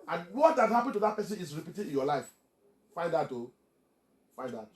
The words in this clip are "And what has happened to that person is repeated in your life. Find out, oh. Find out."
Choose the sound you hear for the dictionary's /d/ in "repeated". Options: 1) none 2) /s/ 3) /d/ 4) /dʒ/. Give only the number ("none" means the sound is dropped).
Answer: 1